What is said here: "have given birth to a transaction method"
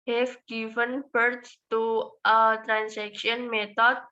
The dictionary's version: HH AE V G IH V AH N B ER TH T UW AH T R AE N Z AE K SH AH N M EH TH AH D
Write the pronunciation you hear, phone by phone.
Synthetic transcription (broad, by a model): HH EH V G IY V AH N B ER T T UW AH T R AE N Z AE K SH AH N M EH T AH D